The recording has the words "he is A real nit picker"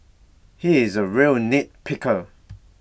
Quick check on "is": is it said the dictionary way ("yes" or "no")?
yes